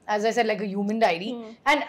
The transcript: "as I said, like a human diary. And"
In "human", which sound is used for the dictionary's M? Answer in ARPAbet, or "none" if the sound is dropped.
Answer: M